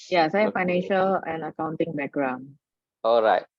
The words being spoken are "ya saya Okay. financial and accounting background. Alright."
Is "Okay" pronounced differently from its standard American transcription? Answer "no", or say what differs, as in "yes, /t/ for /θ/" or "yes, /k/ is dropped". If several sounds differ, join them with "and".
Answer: yes, /k/ is dropped